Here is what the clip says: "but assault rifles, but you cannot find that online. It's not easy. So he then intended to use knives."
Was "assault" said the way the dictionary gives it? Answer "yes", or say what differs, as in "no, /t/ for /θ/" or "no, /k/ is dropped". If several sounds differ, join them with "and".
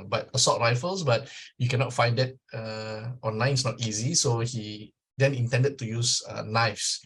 no, /l/ is dropped